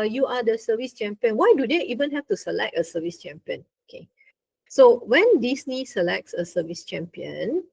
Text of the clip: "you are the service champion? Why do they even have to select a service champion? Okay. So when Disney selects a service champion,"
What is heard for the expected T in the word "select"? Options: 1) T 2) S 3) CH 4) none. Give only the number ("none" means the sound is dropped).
1